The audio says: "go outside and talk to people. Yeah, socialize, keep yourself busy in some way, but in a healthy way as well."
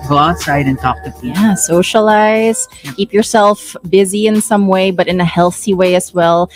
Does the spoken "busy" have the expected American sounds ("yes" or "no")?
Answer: yes